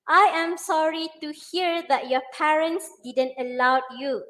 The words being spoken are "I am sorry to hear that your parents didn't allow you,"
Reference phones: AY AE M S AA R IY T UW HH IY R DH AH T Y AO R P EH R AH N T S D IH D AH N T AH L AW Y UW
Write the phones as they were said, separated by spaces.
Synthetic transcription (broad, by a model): AY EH M S AA R IY T UW HH IY R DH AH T Y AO P EH R AH N T S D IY D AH N T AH L AW Y UW